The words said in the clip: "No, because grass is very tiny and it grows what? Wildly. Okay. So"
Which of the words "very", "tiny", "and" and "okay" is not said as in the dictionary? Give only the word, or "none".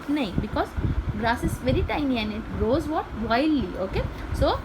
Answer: tiny